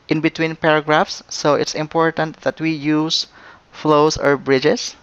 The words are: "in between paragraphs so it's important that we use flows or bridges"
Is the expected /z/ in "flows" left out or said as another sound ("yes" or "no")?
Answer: yes